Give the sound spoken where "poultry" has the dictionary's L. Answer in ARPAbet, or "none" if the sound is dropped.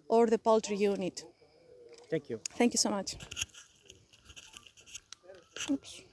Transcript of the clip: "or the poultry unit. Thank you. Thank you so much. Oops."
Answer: L